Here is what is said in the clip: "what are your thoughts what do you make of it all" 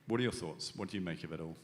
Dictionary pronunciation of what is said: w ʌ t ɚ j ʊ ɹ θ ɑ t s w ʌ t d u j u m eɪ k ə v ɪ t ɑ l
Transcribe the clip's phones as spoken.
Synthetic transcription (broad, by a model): w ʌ t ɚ j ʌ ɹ θ ɑ t s w ʌ t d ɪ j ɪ m eɪ k ə v ɪ t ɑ l